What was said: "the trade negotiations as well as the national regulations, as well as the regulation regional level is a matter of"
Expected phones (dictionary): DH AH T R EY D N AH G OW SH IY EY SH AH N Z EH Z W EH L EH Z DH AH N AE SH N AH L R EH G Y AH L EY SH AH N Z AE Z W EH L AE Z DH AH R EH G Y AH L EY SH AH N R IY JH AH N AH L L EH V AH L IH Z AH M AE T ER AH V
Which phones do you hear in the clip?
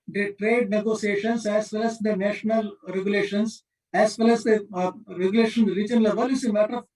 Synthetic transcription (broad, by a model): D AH T R EY D N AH G OW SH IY EY SH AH N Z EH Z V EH L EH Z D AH N AE SH N AH L R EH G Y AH L EY SH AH N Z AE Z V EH L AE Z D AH R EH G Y L EY SH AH N R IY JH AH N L L EH V AH L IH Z AH M AE T ER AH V